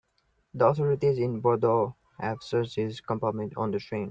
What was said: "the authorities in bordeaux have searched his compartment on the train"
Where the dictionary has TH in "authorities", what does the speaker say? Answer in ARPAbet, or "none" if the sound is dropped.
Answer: T